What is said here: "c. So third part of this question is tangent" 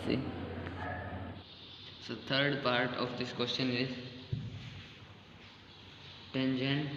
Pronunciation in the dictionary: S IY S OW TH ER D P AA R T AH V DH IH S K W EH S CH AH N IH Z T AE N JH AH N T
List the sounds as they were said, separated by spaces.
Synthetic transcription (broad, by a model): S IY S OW T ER D P AA R T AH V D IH S K W EH S CH AH N IH Z T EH N JH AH N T